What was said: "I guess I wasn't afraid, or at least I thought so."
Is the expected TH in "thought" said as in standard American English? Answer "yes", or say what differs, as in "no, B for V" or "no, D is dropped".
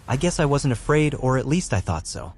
yes